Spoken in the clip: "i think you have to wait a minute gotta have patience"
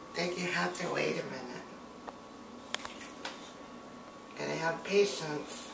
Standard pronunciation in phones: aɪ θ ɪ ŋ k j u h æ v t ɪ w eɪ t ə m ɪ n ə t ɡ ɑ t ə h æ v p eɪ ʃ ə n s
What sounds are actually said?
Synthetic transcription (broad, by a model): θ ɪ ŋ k j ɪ h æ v t ɪ w eɪ t ə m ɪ n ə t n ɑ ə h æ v p eɪ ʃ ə n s